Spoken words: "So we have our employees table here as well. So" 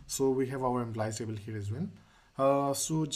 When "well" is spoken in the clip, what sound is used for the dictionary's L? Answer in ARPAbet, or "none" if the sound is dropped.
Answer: N